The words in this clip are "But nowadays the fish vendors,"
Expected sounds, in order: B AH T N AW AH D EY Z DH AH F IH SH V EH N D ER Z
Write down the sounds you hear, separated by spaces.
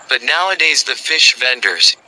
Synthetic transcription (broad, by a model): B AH T N AW AH D EY Z DH AH F IH SH V EH N D ER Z